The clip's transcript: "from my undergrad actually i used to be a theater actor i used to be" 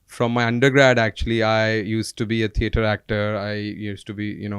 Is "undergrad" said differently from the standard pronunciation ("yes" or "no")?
no